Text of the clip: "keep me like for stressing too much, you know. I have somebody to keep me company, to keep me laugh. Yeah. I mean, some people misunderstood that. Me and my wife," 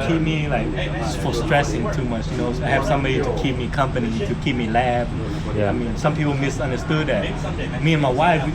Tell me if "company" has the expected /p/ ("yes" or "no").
yes